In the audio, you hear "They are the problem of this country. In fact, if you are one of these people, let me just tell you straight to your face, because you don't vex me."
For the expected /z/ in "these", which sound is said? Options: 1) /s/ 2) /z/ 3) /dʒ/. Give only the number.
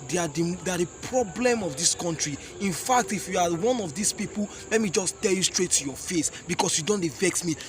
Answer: 1